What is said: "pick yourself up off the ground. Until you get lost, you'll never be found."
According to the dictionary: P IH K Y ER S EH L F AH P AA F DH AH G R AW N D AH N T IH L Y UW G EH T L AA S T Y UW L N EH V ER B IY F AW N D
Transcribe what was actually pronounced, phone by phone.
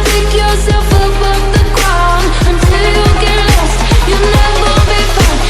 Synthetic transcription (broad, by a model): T IH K Y ER S EH L F AH P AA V DH AH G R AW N AH N T IH L Y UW G EH T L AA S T Y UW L N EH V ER B IY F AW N